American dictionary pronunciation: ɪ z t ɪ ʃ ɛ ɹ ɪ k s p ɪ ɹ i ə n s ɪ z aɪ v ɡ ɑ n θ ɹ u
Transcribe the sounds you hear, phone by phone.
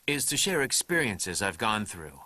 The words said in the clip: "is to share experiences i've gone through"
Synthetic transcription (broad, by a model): ɪ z t ɪ ʃ ɛ ɹ ɪ k s p ɪ ɹ i ə n s ɪ z aɪ v ɡ ɑ n θ ɹ u